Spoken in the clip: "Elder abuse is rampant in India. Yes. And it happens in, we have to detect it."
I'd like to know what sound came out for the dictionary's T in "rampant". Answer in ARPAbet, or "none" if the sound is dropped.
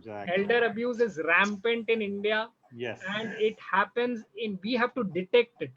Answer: T